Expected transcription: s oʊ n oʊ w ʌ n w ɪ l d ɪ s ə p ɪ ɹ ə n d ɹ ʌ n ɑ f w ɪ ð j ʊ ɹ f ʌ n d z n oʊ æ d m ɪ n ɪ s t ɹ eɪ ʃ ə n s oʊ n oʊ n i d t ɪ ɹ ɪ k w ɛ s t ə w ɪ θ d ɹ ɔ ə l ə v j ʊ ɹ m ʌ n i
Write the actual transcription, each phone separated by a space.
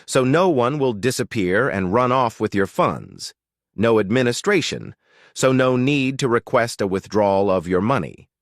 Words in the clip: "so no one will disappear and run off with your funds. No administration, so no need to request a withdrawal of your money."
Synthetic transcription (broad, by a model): s oʊ n oʊ w ʌ n w ɪ l d ɪ s ə p ɪ ɹ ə n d ɹ ʌ n ɑ f w ɪ ð j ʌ ɹ f ʌ n d z n oʊ æ d m ɪ n ɪ s t ɹ eɪ ʃ ə n s oʊ n oʊ n i d t ɪ ɹ ɪ k w ɛ s t ə w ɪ θ d ɹ ɔ l ə v j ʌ ɹ m ʌ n i